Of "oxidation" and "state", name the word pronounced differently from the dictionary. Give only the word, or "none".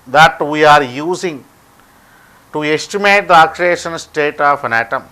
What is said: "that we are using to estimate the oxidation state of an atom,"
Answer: oxidation